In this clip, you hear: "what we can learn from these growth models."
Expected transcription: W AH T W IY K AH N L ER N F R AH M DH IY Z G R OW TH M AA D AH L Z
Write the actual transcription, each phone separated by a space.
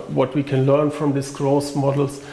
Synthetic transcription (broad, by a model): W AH T W IY K AH N L ER N F R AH M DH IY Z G R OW S M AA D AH L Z